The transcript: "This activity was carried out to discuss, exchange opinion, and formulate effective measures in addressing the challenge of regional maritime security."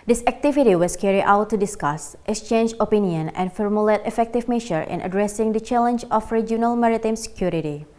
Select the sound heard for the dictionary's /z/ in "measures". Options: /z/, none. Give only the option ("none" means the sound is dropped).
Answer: none